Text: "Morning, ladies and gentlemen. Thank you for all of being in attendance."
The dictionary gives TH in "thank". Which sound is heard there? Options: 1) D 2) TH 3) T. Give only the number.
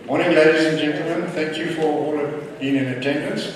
2